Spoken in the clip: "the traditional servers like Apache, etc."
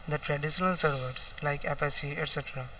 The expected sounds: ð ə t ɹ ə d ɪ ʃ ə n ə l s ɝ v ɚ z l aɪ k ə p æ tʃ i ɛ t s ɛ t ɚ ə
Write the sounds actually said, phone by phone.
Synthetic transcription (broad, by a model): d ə t ɹ ə d ɪ ʃ ə n ə l s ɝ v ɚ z l aɪ k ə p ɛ s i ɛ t s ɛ t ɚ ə